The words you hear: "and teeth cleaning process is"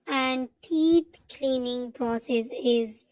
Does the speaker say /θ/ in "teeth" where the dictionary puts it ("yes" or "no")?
no